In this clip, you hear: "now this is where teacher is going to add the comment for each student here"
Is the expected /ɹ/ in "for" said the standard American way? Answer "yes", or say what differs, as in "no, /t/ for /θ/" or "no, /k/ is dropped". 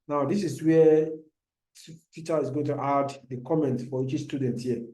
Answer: no, /w/ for /ɹ/